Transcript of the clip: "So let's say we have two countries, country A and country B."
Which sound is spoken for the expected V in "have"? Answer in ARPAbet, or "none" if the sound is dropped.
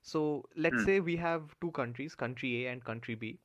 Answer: V